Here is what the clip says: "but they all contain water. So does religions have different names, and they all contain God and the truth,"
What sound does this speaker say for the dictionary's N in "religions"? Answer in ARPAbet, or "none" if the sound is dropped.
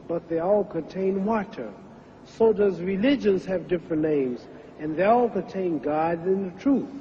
N